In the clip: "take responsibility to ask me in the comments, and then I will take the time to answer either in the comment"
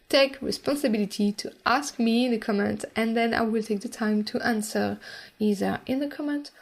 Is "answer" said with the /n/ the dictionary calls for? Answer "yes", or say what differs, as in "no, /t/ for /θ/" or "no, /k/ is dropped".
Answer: yes